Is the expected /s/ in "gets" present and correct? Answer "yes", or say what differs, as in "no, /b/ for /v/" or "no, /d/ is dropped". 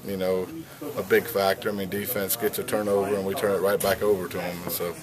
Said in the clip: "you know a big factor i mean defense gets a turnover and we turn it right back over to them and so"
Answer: no, /s/ is dropped